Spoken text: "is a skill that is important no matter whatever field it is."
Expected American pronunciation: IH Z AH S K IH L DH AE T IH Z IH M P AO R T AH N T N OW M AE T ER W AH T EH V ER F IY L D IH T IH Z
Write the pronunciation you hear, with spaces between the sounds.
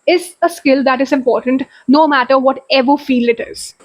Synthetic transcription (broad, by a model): IH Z AH S K IH L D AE T IH Z IH M P AO R T AH N T N OW M AE T ER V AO T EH V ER F IY L IH T IH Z